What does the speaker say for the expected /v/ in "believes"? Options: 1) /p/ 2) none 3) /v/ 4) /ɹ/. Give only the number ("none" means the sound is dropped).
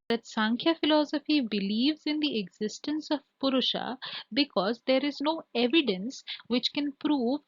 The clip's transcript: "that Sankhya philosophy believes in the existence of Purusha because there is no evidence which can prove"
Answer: 3